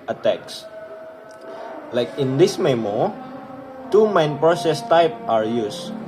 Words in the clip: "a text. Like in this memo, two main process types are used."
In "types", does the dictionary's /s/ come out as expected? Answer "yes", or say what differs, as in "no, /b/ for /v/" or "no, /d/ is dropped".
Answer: no, /s/ is dropped